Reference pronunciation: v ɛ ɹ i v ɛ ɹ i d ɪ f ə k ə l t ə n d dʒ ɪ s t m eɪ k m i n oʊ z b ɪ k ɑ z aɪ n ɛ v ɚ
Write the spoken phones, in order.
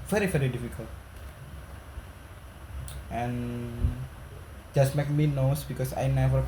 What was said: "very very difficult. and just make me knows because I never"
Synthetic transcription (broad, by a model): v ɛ ɹ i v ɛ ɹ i d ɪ f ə k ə l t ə n dʒ ɪ s t m eɪ k m i n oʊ s b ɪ k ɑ s aɪ n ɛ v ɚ